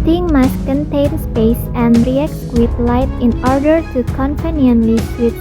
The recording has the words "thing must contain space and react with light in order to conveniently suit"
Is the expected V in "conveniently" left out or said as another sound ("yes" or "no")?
yes